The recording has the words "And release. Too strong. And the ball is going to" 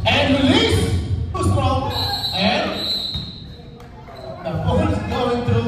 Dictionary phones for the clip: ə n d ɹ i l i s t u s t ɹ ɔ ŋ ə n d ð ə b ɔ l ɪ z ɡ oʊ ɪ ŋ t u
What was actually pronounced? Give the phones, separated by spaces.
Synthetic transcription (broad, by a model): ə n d ɹ i l i s s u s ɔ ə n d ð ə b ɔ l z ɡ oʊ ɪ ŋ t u